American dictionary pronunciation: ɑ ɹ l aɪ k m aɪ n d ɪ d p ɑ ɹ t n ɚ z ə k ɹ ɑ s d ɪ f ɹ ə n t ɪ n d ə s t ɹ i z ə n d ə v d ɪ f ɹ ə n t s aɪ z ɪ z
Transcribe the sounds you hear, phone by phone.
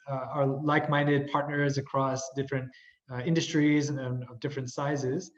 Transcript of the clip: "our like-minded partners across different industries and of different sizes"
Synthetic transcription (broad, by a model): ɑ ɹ l aɪ k m aɪ n d ɪ d p ɑ ɹ t n ɚ z ə k ɹ ɑ s d ɪ f ɹ ə n t ɪ n d ə s t ɹ i z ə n ə v d ɪ f ɹ ə n t s aɪ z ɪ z